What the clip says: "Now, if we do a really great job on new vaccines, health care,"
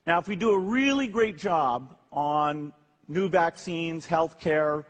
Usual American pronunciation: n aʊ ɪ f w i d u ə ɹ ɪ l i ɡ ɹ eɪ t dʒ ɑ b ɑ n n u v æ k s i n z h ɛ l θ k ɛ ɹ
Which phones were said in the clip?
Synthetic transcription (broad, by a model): n aʊ ɪ f w i d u ə ɹ ɪ l i ɡ ɹ eɪ t dʒ ɑ b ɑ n n u v æ k s i n z h ɛ l θ k ɛ ɹ